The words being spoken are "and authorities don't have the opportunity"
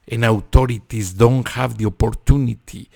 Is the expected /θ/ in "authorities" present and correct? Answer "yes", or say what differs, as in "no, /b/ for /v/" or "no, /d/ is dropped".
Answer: no, /t/ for /θ/